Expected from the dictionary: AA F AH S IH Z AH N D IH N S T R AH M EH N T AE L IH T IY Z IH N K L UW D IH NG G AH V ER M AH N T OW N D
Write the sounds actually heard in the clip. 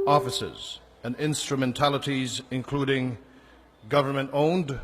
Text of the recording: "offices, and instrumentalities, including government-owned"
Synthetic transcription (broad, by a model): AA F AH S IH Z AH N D IH N S T R AH M EH N T AE L IH T IY Z IH N K L UW D IH NG G AH V ER M AH N T OW N D